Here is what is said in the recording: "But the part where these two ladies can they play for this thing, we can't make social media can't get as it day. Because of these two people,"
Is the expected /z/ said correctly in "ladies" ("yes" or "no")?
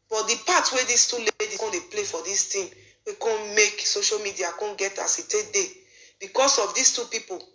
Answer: no